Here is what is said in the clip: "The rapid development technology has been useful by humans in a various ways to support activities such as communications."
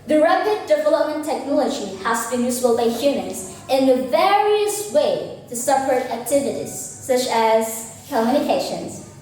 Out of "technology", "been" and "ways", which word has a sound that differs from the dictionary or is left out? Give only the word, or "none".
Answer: ways